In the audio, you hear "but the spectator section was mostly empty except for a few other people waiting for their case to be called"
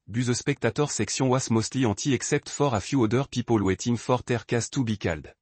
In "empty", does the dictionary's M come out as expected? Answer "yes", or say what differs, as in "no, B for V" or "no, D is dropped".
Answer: no, M is dropped